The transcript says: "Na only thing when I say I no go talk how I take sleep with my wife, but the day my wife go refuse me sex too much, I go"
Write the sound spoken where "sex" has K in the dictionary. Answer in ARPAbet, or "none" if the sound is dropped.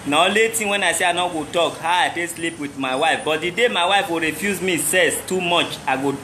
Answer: none